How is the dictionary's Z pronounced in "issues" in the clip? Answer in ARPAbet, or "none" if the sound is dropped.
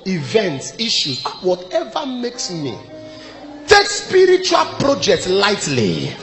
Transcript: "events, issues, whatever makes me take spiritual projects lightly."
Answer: none